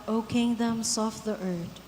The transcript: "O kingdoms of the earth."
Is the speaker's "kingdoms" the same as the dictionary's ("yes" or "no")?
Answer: no